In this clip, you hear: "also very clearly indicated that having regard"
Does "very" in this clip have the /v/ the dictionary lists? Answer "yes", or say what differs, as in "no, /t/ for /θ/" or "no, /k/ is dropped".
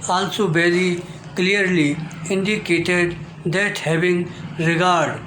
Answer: no, /b/ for /v/